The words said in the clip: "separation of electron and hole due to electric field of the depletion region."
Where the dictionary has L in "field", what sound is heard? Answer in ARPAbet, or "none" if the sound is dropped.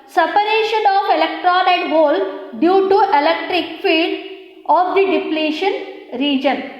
none